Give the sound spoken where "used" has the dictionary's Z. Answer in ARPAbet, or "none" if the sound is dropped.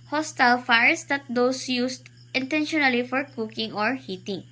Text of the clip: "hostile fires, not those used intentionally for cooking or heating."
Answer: S